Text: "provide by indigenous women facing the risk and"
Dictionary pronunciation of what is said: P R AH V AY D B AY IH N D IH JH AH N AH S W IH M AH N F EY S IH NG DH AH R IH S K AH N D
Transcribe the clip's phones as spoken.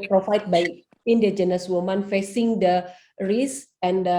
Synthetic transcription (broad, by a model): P R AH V AY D B AY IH N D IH JH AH N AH S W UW M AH N F EY S IH NG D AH R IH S AH N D